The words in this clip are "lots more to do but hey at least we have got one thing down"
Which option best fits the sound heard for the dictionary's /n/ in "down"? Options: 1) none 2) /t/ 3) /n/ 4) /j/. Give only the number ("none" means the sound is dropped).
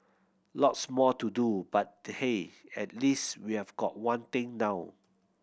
1